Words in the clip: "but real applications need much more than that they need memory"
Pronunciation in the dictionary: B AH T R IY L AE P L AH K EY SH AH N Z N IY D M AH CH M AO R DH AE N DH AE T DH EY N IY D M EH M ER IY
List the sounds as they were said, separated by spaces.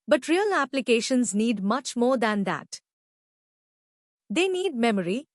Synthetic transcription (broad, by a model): B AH T R IY L AE P L AH K EY SH AH N Z N IY D M AH CH M AO R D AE N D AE T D EY N IY D M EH M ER IY